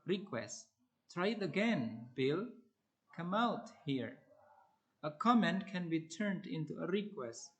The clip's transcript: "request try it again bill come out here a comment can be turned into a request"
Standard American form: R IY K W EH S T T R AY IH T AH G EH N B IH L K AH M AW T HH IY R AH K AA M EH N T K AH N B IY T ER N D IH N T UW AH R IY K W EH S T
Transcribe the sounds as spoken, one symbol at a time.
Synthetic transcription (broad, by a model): R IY K W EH S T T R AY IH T AH G EH N B IH L K AH M AW T HH IY R AH K AA M EH N T K AH N B IY T ER N D IH N T UW AH R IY K W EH S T